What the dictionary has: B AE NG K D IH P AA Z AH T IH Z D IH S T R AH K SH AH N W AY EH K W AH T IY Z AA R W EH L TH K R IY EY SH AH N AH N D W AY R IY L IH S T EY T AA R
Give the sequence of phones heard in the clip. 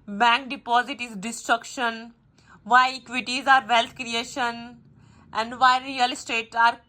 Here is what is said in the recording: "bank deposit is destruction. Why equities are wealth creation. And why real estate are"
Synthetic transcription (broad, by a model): B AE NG K D IH P AA Z AH T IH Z D IH S T R AH K SH AH N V AY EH K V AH T IY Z AA R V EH L T K R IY EY SH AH N AH N D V AY R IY L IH S T EY T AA R